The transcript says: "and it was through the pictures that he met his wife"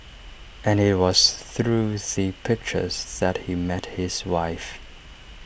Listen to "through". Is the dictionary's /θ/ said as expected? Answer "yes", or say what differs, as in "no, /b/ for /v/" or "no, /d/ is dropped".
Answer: yes